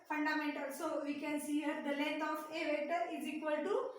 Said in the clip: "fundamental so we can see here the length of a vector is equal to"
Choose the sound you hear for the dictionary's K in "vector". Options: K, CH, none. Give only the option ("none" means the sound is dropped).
none